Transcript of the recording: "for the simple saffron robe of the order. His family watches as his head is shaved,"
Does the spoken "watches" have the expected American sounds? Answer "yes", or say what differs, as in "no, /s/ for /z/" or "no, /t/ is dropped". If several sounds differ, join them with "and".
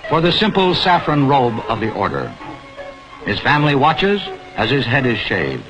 yes